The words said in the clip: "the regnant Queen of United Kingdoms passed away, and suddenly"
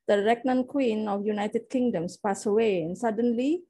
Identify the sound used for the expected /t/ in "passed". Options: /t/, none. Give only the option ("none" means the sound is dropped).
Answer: none